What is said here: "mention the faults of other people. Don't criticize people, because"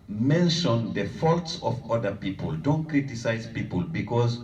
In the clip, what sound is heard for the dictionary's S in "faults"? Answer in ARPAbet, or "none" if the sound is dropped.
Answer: S